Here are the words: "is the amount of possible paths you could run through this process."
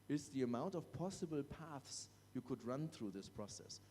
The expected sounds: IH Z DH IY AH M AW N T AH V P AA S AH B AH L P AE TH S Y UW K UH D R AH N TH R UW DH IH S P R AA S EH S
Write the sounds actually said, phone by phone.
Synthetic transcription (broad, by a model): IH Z DH IY AH M AW N T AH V P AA S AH B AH L P AE TH S Y UW K UH D R AH N TH R UW DH IH S P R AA S EH S